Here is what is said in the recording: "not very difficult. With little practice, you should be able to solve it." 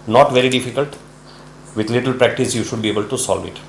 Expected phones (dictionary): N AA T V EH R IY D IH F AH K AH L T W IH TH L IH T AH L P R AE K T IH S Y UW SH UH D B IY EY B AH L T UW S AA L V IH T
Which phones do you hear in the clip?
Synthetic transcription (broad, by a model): N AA T V EH R IY D IH F AH K AH L T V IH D L IH T AH L P R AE K T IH S Y UW SH UH D B IY EY B AH L T UW S AA L V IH T